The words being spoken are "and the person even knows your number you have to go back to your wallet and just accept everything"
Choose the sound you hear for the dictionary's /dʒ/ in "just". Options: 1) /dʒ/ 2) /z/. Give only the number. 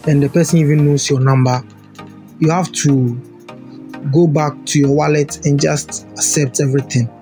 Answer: 1